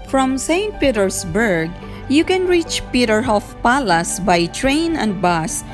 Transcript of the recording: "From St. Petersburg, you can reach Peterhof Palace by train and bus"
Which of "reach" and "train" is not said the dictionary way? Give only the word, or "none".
none